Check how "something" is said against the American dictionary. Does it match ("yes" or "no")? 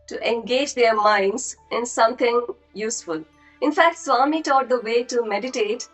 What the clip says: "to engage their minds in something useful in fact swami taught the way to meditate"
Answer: no